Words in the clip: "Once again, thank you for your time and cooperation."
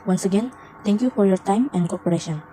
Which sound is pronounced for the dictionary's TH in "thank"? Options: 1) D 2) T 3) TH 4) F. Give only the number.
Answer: 2